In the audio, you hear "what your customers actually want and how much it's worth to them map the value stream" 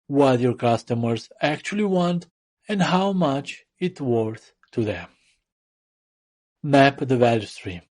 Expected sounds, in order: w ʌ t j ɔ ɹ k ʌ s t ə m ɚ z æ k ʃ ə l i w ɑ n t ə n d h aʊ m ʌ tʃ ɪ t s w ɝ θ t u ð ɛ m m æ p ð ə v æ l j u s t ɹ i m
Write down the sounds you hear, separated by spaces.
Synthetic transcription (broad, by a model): w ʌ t j ɔ ɹ k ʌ s t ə m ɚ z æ k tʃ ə l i w ɑ n t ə n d h aʊ m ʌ tʃ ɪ t w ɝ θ t u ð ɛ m m æ p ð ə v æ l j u s t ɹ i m